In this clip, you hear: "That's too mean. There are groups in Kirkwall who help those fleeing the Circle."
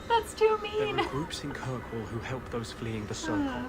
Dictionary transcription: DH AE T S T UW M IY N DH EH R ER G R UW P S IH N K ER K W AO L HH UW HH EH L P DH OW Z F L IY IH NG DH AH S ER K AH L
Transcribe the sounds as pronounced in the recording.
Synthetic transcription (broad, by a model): DH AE T S T UW M IY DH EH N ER G R UW P S IH N K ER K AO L HH UW HH EH L P DH OW Z F L IY IH NG DH AH S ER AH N